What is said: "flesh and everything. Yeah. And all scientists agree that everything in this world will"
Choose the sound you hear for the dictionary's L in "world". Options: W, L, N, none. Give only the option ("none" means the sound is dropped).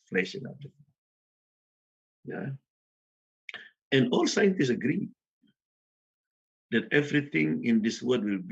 none